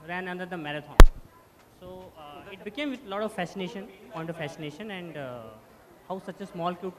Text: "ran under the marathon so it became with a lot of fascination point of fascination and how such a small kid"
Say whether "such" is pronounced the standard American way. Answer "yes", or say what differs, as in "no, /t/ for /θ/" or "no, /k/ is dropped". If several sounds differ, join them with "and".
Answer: yes